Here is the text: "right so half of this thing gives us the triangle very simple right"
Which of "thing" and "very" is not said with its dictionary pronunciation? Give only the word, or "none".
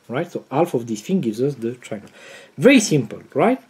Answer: thing